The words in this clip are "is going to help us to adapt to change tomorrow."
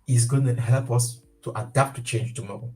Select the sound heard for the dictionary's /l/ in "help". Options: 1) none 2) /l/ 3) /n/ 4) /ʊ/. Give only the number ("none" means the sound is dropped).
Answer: 2